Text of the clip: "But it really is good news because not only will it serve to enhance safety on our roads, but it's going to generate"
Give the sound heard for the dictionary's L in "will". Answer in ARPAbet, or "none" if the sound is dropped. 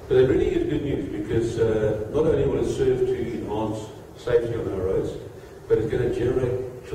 N